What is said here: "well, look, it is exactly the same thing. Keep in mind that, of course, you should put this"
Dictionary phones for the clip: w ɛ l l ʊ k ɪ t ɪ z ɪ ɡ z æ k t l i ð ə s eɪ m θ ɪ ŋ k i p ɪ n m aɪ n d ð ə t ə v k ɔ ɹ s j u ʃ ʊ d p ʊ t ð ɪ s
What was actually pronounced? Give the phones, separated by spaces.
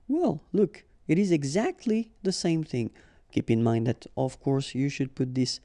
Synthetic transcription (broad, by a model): w ɛ l l ʊ k ɪ t ɪ z ɪ ɡ z æ k t l i ð ə s eɪ m θ ɪ ŋ k i p ɪ n m aɪ n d ð ə t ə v k ɔ ɹ s j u ʃ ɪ d p ʊ t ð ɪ s